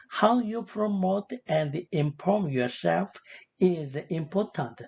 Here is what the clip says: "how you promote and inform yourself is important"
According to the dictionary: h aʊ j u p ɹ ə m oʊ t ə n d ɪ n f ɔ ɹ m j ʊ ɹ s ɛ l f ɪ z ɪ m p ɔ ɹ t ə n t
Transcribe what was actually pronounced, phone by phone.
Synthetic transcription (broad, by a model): h aʊ j u p ɹ ə m oʊ t ə n d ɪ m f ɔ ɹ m j ʊ ɹ s ɛ l f ɪ z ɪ m p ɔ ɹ t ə n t